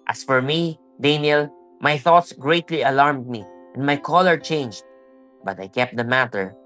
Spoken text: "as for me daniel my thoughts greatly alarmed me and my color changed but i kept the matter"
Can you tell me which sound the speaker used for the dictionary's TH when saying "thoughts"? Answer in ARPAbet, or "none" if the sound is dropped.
TH